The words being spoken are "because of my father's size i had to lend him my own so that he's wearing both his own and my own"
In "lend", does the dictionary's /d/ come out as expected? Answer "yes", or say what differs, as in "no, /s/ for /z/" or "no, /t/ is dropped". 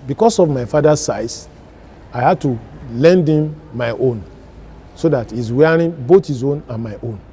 yes